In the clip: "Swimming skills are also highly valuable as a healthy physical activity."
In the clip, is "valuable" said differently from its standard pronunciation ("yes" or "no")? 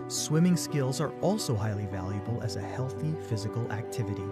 no